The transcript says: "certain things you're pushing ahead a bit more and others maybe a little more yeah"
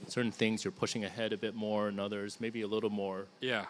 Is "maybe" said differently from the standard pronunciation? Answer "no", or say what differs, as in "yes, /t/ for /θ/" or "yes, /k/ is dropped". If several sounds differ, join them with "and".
no